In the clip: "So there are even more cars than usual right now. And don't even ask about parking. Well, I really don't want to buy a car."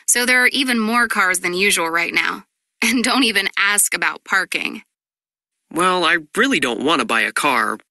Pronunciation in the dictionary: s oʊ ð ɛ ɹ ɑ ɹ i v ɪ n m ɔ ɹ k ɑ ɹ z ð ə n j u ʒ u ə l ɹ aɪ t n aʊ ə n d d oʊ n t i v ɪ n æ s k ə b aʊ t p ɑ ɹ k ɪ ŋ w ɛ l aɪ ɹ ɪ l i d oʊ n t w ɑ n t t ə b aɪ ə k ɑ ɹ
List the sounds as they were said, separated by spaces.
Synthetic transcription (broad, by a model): s oʊ ð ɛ ɹ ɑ ɹ i v ɪ n m ɔ ɹ k ɑ ɹ z ð ə n j u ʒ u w l ɹ aɪ t n aʊ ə n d d oʊ n t i v ɪ n æ s k ə b aʊ t p ɑ ɹ k ɪ ŋ w ɛ l aɪ ɹ ɪ l i d oʊ n t w ɑ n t t ə b aɪ ə k ɑ ɹ